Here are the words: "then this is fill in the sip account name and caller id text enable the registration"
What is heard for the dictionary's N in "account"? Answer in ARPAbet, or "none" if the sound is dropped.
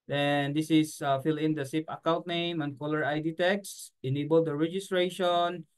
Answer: L